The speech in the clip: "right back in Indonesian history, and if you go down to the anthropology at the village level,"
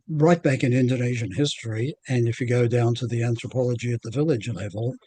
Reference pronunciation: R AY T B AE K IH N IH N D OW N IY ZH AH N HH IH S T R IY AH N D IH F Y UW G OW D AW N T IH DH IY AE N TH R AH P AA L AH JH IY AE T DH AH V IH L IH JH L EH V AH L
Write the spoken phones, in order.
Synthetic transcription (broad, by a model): R AY T B AE K IH N IH N D OW N IY ZH AH N HH IH S T R IY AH N IH F Y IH G OW D AW N T IH DH IY AE N TH R AH P AA L AH JH IY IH T DH AH V IH L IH JH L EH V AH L